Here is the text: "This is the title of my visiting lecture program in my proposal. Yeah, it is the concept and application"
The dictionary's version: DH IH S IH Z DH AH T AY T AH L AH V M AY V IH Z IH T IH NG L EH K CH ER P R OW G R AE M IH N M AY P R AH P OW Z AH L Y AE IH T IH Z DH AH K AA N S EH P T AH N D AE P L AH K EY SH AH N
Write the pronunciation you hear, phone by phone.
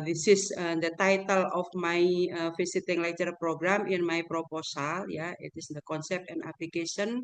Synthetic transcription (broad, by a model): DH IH S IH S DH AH T AY T AH L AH F M AY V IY S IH T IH NG L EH CH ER P R OW G R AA M IH N M AY P R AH P OW S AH L Y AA IH T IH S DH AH K AA N S EH P T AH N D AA P L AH K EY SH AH N